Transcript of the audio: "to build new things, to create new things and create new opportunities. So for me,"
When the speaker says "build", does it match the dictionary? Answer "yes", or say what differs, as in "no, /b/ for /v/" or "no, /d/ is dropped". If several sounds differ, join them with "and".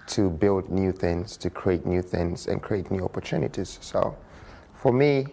yes